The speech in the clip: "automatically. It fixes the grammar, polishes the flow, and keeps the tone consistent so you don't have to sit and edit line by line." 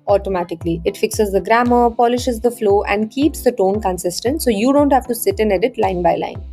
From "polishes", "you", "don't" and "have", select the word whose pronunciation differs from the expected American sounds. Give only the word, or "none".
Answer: none